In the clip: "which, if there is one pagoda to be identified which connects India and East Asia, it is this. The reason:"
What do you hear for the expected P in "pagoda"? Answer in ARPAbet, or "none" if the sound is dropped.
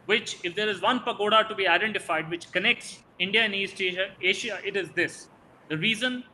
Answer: P